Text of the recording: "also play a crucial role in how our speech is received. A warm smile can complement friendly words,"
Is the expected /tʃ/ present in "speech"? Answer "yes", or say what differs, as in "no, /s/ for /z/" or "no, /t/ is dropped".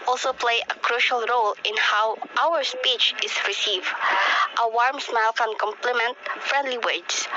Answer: yes